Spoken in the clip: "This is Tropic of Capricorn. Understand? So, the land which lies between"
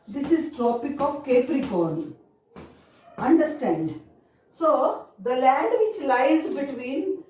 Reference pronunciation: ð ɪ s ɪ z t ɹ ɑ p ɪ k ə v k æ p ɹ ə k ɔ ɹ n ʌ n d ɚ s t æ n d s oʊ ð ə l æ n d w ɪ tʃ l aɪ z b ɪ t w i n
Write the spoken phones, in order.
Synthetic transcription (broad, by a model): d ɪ s ɪ z t ɹ ɑ p ɪ k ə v k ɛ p ɹ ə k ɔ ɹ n ʌ n d ɚ s t æ n d s oʊ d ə l æ n d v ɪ tʃ l aɪ z b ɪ t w i n